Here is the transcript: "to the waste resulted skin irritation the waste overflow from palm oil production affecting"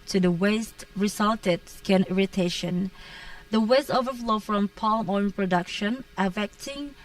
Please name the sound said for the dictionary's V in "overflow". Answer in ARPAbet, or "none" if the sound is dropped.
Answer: V